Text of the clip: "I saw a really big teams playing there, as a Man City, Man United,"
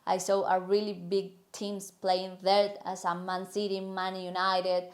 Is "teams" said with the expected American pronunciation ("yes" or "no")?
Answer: no